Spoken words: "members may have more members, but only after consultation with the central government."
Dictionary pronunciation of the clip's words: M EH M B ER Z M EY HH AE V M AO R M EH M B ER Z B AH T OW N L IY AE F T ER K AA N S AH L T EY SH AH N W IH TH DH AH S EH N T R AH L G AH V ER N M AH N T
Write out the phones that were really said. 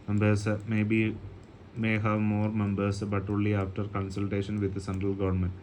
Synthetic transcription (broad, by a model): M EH M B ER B M EY HH AE V M AO R M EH M B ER S B AH T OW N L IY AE F T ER K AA N S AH L T EY SH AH N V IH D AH S EH N T R AH L G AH V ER N M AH N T